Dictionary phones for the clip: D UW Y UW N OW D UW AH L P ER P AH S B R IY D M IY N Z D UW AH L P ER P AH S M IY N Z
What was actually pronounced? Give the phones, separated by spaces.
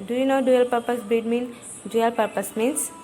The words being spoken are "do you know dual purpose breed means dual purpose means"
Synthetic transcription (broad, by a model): D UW Y UW N OW D UW AH L P ER P AH S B IY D M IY N D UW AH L P ER P AH S M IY N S